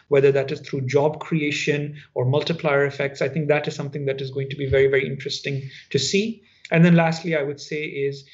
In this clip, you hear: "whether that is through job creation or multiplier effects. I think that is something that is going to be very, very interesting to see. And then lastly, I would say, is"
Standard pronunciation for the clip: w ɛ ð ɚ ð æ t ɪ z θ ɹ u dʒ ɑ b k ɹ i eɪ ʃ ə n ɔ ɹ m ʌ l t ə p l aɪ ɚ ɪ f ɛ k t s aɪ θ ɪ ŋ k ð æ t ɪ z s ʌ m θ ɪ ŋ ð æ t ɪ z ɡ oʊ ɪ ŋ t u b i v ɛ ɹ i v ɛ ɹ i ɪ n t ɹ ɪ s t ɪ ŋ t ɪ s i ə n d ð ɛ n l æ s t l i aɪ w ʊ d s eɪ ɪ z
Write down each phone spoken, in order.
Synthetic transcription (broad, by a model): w ɛ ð ɚ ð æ t ɪ z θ ɹ u dʒ ɑ b k ɹ i eɪ ʃ ə n ɔ ɹ m ʌ l t ə p l aɪ ɚ ɪ f ɛ k t s aɪ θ ɪ ŋ k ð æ t ɪ z s ʌ m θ ɪ ŋ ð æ t ɪ z ɡ oʊ ɪ ŋ t u b i v ɛ ɹ i v ɛ ɹ i ɪ n t ɹ ɪ s t ɪ ŋ t ɪ s i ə n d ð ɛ n l æ s t l i aɪ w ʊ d s eɪ ɪ z